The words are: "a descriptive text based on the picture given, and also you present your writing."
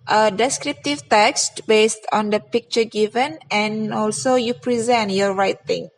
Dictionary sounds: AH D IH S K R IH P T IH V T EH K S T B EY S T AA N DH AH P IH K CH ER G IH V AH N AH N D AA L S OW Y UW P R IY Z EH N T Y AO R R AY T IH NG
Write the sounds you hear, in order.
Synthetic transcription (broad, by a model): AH D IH S K R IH P T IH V T EH K S T B EY S T AA N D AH P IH K CH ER G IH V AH N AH N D AA L S OW Y UW P R IY Z EH N T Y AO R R AY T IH NG